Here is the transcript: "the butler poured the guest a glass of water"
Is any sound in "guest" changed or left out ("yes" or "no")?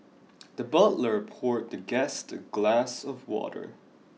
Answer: no